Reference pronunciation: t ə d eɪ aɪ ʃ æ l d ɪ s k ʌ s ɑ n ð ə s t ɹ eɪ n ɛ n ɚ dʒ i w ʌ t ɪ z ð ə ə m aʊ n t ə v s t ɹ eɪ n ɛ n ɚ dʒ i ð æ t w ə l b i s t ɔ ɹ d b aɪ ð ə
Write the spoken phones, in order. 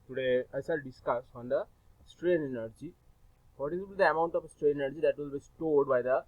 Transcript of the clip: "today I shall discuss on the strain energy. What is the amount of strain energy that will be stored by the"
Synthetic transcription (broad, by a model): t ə d eɪ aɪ s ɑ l d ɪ s k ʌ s ɑ n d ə s t ɹ eɪ n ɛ n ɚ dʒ i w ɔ t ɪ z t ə ə m aʊ n t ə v s t ɹ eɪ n ɛ n ɚ dʒ i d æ t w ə l b i s t ɔ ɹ d b aɪ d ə